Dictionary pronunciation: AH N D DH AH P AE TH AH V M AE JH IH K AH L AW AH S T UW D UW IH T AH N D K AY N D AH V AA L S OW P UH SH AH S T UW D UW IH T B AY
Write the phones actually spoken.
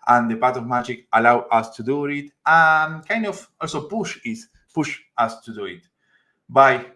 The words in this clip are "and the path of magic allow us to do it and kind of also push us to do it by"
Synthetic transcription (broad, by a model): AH N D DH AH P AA T AH V M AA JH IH K AH L AW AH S T UW D UW IH T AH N K AY N D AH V AA L S OW P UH SH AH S T UW D UW IH T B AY